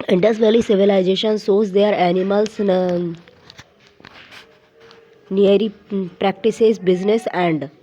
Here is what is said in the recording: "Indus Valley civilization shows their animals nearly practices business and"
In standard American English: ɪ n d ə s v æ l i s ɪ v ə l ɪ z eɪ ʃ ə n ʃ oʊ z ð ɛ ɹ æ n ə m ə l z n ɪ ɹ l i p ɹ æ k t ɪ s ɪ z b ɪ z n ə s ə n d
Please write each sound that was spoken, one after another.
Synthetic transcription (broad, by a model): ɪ n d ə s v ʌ l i s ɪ v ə l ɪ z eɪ ʃ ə n s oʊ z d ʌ ɹ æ n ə m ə l s n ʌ ɹ i p ɹ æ k t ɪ s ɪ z b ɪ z n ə s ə n d